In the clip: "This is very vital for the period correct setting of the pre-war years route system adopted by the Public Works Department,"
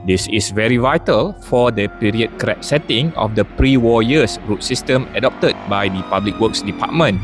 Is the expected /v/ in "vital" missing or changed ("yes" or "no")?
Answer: no